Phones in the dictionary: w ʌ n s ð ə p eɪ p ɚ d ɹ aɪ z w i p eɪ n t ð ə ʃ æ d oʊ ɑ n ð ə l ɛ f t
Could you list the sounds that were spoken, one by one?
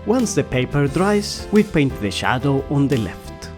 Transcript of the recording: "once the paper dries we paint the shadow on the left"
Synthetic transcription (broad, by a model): w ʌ n s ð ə p eɪ p ɚ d ɹ aɪ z w i p eɪ n t ð ə ʃ æ d oʊ ɑ n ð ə l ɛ f t